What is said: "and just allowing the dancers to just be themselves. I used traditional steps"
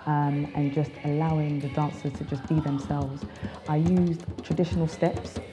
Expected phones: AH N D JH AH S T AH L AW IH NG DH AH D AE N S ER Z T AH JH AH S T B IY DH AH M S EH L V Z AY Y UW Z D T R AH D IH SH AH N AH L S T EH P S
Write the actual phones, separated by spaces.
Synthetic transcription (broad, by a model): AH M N JH AH S T AH L AW IH NG DH AH D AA N S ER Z T AH JH AH S B IY DH AH M S EH L V Z AY Y UW Z T R AH D IH SH AH N AH L S T EH P S